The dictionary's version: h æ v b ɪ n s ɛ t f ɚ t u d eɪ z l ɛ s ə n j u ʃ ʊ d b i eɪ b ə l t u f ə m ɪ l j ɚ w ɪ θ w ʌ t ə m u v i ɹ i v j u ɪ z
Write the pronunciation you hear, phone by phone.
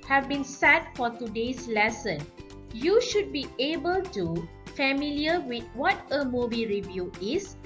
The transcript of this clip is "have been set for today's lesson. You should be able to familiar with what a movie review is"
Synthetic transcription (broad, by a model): h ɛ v b ɪ n s ɛ t f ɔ t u d eɪ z l ɛ s ə n j u ʃ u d b i eɪ b ə l t u f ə m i l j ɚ w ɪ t w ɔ t ə m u b i ɹ i v j u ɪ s